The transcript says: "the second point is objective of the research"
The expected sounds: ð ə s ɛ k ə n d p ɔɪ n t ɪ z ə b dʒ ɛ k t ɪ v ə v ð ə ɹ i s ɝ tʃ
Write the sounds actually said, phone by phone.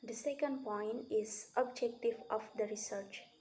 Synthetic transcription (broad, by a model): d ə s ɛ k ə n d p ɔɪ n t ɪ z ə b dʒ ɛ k t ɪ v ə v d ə ɹ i s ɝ tʃ